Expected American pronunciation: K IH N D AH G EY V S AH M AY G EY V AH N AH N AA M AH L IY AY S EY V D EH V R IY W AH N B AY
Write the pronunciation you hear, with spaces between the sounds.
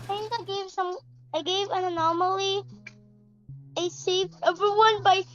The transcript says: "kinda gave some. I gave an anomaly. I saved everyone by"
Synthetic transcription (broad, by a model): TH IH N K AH G EY V S AH M AY G EY V AH N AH N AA M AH L IY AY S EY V EH V R IY W AH N B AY